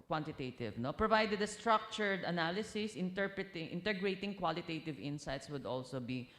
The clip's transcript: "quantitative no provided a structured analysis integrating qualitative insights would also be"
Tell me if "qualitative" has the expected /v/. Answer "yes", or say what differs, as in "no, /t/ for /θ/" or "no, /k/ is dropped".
yes